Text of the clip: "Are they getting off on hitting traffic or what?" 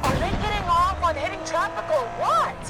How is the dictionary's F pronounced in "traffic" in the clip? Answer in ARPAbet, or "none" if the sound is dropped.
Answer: P